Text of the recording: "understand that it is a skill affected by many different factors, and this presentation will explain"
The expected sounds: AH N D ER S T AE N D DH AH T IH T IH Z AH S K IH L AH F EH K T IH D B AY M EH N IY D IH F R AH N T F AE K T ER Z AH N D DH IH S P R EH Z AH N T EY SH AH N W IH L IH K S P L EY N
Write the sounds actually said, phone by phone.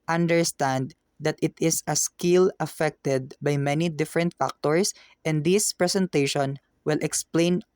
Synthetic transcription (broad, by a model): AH N D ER S T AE N D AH T IH T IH S AH S K IH L AH F EH K T IH D B AY M EH N IY D IH F R AH N T F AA K T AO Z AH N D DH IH S P R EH S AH N T EY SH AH N W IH L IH K S P L EY N